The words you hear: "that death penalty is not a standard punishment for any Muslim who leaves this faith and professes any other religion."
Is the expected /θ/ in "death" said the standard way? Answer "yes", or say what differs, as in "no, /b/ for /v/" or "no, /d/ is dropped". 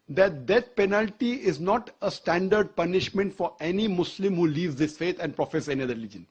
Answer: no, /t/ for /θ/